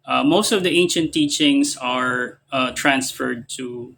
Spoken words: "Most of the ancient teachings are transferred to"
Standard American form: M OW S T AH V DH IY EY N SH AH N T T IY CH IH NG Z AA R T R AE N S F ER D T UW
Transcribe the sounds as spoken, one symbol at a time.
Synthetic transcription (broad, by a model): M OW S T AH V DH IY EY N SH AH N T T IY CH IH NG S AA R T R AE N S F ER D T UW